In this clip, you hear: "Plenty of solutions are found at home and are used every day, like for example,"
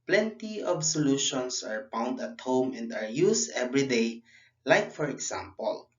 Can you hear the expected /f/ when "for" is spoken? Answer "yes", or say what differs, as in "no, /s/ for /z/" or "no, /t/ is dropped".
yes